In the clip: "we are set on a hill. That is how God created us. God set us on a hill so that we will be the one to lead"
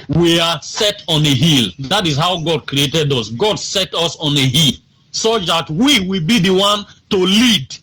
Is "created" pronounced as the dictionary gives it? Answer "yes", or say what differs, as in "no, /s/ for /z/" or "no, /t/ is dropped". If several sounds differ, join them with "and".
yes